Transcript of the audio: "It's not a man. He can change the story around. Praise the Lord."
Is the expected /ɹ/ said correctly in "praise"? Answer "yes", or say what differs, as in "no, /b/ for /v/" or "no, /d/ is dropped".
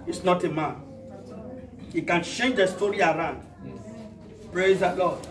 yes